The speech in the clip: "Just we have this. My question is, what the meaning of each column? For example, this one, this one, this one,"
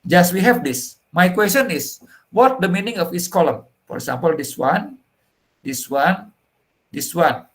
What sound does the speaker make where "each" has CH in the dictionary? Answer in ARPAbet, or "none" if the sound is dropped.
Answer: S